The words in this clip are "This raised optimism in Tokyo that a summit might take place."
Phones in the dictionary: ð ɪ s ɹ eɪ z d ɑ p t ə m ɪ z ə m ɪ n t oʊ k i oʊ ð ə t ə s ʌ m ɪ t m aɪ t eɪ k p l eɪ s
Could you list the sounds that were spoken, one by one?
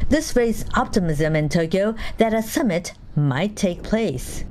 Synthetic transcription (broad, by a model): ð ɪ s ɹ eɪ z ɑ p t ə m ɪ z ə m ɪ n t oʊ k i oʊ ð ə t ə s ʌ m ɪ t m aɪ t eɪ k p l eɪ s